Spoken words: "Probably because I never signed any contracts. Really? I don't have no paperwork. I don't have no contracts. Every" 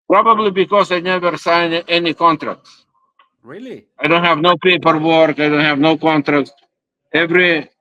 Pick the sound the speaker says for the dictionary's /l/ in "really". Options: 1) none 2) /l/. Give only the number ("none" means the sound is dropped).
1